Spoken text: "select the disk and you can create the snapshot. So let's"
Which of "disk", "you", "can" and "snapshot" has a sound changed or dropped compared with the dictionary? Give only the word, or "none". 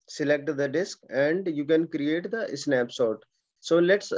snapshot